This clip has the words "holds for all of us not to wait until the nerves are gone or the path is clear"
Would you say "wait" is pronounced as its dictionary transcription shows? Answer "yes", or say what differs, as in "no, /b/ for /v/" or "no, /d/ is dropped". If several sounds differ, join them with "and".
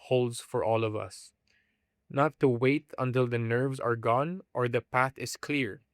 yes